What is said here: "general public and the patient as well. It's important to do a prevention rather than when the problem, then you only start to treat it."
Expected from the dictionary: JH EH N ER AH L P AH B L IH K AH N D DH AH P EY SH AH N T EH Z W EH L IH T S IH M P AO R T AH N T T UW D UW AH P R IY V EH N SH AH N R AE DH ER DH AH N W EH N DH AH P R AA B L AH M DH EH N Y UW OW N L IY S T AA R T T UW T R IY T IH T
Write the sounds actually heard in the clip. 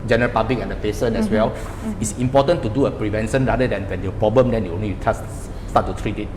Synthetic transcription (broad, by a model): JH EH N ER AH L P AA B L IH K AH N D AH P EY S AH N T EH S W EH L IH T S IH M P AO T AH N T T UW D UW AH P R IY V EH N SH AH N R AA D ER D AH N W EH N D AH P R AA B L AH M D EH N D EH OW N L IY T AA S T T UW T R IY T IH T